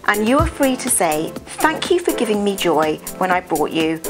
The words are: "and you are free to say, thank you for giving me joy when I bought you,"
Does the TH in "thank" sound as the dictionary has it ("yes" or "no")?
yes